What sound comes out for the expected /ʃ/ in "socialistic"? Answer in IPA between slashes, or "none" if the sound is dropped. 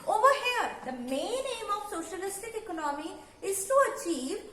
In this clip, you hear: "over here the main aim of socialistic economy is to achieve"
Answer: /ʃ/